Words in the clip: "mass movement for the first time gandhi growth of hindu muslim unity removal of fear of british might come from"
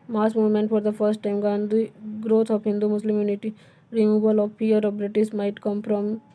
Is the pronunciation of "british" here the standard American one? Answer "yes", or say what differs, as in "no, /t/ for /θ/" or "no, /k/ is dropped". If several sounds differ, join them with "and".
no, /s/ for /ʃ/